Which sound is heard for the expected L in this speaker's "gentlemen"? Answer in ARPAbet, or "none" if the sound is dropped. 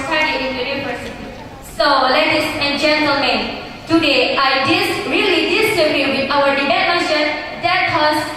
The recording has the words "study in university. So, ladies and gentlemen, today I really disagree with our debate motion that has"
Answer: L